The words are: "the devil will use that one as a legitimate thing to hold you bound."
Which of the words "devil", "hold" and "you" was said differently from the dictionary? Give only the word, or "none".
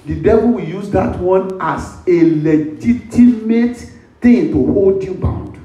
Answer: none